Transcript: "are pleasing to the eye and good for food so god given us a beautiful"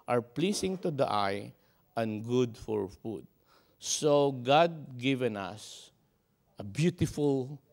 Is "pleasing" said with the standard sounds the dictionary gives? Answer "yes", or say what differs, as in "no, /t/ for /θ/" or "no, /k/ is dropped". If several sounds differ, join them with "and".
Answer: no, /s/ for /z/